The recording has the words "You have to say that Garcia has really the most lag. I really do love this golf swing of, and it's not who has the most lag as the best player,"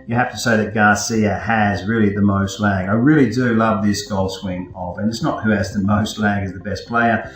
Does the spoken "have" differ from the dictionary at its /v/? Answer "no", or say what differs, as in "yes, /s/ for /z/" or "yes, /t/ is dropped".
yes, /f/ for /v/